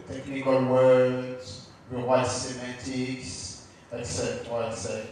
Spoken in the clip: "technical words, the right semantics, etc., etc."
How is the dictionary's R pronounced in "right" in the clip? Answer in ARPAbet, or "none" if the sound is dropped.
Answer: W